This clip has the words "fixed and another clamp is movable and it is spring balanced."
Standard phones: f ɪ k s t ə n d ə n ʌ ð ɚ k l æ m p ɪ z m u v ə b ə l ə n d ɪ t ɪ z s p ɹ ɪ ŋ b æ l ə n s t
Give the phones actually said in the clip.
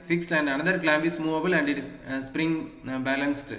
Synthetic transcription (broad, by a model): f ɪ k s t ə n d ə n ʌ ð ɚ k l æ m b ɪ s m u v ə b ə l ə n d ɪ t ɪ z s p ɹ ɪ ŋ b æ l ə n s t